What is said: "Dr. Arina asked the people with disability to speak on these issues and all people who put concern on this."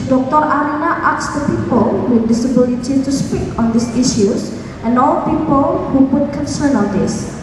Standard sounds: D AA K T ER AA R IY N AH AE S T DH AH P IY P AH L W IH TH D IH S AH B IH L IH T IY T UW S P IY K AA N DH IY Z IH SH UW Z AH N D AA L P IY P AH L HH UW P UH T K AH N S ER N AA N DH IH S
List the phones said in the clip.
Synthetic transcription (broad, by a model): D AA K T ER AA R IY N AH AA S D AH P IY P AH L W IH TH D IH S AH B IH L IH T IY T UW S P IY K AA N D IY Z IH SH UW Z AH N D AA L P IY P AH L HH UW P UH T K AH N S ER N AA N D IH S